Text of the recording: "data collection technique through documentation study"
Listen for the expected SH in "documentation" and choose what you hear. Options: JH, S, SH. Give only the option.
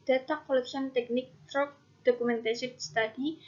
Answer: S